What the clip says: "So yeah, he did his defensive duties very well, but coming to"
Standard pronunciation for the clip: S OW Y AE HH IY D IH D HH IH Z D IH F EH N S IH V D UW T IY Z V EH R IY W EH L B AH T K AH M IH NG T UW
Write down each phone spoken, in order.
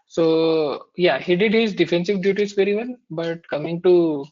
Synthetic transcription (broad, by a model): S OW Y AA HH IY D IH D HH IH Z D IH F EH N S IH V D UW T IY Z V EH R IY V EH N B AH T K AH M IH NG T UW